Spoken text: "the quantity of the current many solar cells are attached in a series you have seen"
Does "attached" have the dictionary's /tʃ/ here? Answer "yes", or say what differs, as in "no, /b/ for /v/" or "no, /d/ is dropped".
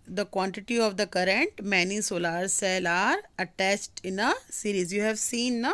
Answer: no, /s/ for /tʃ/